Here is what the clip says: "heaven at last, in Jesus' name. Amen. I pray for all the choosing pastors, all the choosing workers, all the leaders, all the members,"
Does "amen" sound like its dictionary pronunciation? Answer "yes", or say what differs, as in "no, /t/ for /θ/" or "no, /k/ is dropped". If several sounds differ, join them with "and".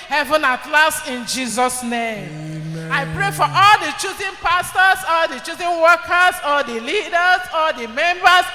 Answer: no, /m/ is dropped